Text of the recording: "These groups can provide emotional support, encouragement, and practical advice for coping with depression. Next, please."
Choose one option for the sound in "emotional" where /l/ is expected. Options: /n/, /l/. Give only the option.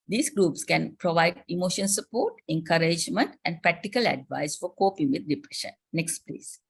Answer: /n/